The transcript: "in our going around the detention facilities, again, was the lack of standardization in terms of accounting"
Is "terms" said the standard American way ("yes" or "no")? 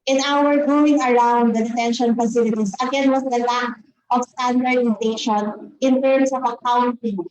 no